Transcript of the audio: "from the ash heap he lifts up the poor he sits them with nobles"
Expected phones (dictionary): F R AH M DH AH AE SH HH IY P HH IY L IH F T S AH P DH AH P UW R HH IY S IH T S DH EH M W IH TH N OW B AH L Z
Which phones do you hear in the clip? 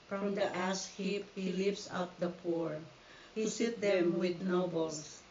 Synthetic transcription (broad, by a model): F R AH M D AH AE S HH IY P HH IY L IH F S AH P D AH P UW R HH IY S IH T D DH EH M W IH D N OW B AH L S